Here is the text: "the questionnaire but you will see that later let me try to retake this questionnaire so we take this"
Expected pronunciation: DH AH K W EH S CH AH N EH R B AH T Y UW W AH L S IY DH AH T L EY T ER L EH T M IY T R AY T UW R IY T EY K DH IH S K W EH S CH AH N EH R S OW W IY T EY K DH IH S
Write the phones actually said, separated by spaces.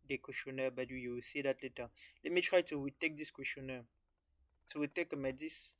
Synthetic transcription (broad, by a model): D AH K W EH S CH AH N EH B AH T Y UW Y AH W S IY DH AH T L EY T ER L EH T M IY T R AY T UW W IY T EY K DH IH S K W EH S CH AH N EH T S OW W IY T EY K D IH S